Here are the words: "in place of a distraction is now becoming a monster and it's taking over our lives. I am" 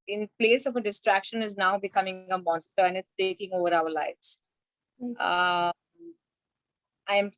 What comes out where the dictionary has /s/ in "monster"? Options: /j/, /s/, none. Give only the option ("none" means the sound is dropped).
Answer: none